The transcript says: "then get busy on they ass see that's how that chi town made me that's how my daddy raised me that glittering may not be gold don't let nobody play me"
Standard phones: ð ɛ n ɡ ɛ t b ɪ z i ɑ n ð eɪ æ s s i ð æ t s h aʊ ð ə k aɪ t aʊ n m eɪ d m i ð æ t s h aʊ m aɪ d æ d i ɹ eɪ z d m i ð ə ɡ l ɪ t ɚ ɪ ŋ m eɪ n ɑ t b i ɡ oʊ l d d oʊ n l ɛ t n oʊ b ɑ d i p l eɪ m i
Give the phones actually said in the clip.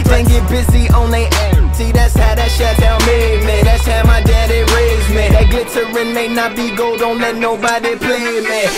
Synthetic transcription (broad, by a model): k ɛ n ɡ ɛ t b ɪ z i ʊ n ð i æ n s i ð æ t s h aʊ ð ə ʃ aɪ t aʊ l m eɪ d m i ð æ t s h aʊ m aɪ d æ d i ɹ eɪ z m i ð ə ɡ l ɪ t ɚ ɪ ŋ m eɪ n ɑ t b i ɡ oʊ l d d oʊ n l ɛ t n oʊ b ɑ d i p l eɪ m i